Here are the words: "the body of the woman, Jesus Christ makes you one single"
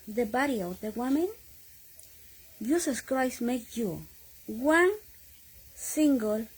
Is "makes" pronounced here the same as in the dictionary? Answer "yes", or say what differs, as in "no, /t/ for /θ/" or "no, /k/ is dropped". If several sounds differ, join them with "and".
no, /s/ is dropped